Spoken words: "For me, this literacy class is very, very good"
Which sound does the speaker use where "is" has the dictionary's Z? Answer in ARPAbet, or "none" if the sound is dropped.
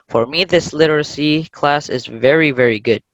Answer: Z